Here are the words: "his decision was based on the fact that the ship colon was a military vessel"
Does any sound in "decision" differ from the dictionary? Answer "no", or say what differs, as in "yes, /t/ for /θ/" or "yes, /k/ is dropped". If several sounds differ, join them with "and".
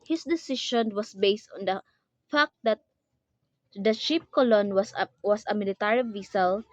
yes, /ʃ/ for /ʒ/